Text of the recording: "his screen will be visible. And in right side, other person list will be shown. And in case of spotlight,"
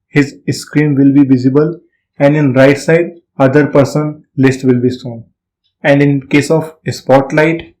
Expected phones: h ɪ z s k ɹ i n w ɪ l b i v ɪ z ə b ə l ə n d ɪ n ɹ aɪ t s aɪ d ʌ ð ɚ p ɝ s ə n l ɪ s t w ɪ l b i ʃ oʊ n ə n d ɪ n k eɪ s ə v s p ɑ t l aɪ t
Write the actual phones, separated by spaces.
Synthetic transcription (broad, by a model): h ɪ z s k ɹ i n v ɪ l b i v ɪ z ə b ə l ə n d ɪ n ɹ aɪ t s aɪ d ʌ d ɚ p ɝ s ə n l ɪ s t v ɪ l b i s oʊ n ə n d ɪ n k eɪ s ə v s p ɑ t l aɪ t